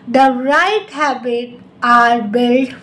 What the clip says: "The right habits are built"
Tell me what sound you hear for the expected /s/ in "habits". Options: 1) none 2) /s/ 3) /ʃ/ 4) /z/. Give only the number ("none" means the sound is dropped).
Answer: 1